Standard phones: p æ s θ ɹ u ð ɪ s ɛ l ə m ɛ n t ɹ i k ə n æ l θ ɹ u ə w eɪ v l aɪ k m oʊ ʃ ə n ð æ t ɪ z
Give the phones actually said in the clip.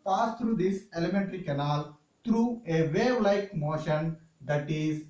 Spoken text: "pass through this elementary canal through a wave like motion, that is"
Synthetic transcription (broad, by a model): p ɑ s t ɹ u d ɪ s ɛ l ə m ɛ n t ɹ i k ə n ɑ l t ɹ u ə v eɪ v l aɪ k m oʊ ʃ ə n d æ t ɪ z